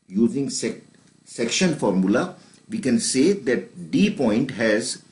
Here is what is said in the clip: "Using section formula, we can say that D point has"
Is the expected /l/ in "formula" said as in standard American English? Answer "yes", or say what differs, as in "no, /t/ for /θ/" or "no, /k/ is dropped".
yes